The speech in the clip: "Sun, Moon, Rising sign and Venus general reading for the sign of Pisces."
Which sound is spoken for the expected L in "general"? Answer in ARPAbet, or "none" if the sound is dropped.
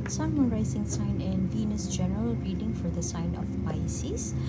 L